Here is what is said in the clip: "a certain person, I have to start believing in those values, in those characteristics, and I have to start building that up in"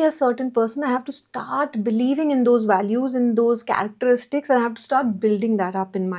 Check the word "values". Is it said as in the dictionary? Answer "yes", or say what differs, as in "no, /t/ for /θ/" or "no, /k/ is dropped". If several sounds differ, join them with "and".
yes